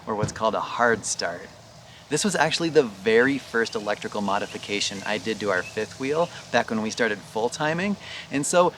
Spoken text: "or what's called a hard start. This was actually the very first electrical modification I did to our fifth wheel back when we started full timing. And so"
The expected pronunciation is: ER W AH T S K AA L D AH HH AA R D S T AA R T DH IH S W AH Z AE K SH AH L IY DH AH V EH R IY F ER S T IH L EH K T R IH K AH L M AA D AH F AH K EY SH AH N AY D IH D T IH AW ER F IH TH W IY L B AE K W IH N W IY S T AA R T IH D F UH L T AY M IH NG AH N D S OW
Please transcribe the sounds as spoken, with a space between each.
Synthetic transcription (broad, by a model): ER W AH T S K AA L D AH HH AA R D S T AA R T DH IH S W AH Z AE K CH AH L IY DH AH V EH R IY F ER S T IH L EH K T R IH K L M AA D AH F AH K EY SH AH N AY D IH D T IH AW ER F IH TH W IY L B AE K W IH N W IY S T AA R T IH D F UH L T AY M IH NG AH N S OW